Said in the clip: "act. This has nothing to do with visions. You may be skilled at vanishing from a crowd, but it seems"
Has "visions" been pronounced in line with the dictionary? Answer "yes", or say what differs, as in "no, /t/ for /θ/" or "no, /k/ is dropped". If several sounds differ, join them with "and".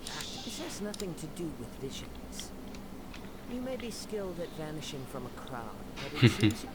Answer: yes